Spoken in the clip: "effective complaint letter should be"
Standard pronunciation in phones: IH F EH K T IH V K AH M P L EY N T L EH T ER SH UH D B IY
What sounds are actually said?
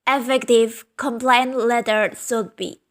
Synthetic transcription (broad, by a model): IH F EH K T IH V K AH M P L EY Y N L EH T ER S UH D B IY